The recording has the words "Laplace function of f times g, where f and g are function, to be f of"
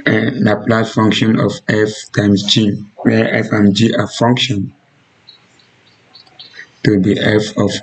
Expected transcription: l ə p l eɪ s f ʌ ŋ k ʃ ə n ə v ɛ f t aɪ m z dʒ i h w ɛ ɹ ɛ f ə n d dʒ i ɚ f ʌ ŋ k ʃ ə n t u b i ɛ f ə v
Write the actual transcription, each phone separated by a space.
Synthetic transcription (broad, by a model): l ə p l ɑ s f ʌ ŋ k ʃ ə n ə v ɛ f t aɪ m s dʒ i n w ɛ ɛ f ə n dʒ i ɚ f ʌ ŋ k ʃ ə n t u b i ɛ f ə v